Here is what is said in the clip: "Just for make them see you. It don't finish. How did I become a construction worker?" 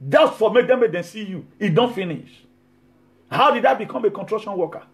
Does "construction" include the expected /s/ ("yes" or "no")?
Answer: no